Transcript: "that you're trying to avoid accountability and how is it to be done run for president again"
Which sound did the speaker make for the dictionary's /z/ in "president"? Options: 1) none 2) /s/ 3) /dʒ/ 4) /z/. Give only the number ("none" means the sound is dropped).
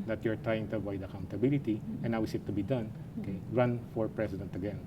2